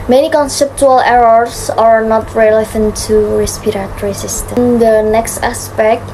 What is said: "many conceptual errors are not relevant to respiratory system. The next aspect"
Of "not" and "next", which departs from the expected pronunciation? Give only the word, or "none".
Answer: none